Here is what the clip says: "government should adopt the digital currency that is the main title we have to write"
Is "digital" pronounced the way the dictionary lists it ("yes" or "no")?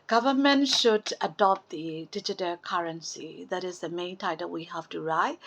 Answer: yes